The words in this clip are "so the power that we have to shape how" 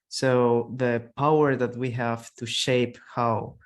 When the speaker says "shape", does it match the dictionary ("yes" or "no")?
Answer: yes